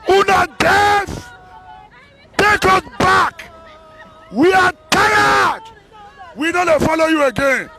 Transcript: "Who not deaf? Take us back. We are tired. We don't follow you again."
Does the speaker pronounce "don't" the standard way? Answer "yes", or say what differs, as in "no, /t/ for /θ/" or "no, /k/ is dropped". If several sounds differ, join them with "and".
no, /l/ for /n/